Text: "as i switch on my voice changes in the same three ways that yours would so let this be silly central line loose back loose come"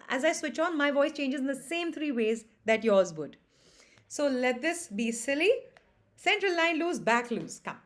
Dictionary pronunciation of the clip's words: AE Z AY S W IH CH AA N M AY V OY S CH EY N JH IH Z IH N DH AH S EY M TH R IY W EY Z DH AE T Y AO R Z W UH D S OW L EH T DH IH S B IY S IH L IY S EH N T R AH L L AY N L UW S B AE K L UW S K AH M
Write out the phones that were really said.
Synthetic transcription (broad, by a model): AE Z AY S W IH CH AA N M AY V OY S CH EY N JH IH Z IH N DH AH S EY M T R IY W EY Z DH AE T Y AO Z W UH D S OW L EH T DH IH S B IY S IH L IY S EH N T R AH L L AY N L UW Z B AE K L UW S K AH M